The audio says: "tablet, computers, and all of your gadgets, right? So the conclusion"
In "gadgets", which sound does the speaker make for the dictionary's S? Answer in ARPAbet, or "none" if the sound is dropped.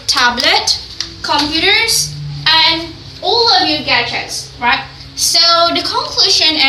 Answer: S